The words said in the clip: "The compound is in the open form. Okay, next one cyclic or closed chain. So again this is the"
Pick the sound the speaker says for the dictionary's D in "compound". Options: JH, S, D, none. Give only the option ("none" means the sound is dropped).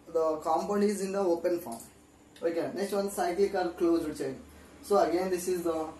none